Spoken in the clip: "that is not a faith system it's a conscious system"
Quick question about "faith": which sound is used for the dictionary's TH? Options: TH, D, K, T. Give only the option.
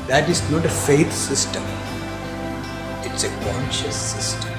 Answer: T